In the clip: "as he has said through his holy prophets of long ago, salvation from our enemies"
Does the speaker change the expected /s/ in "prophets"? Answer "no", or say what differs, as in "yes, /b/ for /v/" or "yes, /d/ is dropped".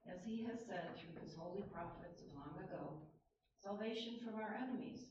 no